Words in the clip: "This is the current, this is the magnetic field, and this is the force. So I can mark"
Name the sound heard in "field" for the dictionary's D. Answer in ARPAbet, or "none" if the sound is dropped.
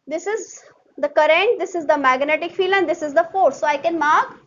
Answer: none